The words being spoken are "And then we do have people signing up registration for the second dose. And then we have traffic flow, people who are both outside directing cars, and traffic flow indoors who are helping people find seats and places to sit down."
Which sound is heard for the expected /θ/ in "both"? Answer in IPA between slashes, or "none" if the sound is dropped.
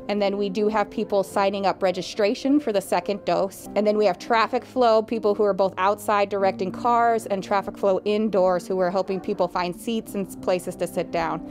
/θ/